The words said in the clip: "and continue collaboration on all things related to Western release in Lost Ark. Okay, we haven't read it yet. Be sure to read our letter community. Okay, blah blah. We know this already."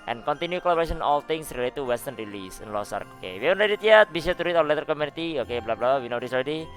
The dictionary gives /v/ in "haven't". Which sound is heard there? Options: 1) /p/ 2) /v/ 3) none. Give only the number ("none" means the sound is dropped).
3